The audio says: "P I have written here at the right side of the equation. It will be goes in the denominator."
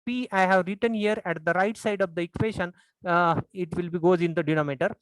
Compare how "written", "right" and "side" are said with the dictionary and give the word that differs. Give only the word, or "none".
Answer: none